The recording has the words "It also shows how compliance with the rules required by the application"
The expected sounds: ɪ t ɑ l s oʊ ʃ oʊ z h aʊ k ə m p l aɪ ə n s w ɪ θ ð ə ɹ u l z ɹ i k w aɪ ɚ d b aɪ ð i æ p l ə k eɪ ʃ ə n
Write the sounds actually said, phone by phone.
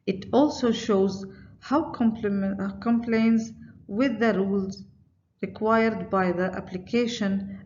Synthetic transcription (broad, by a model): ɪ t ɑ l s oʊ ʃ oʊ z h aʊ k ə m p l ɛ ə n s w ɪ ð ə ɹ u l z ɹ i k w aɪ ɚ d b aɪ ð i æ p l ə k eɪ ʃ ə n